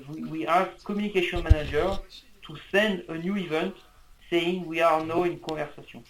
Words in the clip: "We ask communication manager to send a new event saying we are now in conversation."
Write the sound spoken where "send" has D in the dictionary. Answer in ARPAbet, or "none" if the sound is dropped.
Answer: D